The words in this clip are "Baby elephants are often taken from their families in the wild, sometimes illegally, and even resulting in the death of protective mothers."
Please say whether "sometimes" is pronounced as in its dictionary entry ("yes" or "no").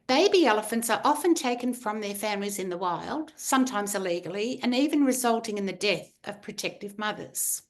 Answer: yes